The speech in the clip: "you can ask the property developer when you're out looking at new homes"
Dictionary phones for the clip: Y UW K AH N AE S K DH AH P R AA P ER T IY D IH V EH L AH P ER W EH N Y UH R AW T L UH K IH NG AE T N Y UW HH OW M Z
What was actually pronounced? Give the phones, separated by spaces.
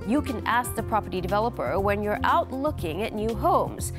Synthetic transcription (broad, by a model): Y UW K AH N AE S K DH AH P R AA P ER T IY D IH V EH L AH P ER W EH N Y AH R AW T L UH K IH NG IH T N Y UW HH OW M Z